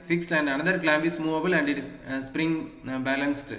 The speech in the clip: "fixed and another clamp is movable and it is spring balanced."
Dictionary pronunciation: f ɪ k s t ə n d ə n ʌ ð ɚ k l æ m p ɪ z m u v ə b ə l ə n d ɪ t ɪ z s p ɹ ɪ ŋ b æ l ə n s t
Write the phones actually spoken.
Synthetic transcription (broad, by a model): f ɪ k s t ə n d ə n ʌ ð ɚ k l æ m b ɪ s m u v ə b ə l ə n d ɪ t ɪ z s p ɹ ɪ ŋ b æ l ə n s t